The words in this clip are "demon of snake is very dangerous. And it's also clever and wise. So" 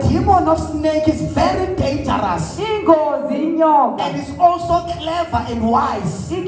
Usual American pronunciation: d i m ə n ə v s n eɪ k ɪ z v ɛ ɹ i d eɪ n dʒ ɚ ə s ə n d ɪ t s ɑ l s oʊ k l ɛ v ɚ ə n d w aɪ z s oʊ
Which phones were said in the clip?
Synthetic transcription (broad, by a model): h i m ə n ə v s n eɪ k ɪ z v ɛ ɹ i d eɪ n dʒ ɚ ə s ə n d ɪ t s ɑ l s oʊ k l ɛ v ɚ ə n d w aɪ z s